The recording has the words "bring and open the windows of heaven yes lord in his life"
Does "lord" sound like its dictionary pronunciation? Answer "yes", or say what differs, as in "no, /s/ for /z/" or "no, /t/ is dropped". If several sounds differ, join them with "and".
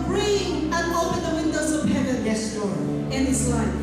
no, /d/ is dropped